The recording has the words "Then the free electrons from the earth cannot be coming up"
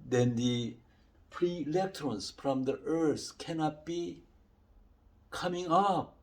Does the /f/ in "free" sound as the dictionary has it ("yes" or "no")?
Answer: no